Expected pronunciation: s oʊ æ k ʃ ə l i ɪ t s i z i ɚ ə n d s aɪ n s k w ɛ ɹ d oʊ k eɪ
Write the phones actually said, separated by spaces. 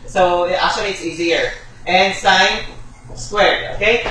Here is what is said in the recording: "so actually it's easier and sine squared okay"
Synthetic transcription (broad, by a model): s oʊ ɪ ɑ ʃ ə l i ɪ t s i z i ɚ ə n s aɪ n s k w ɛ ɹ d oʊ k eɪ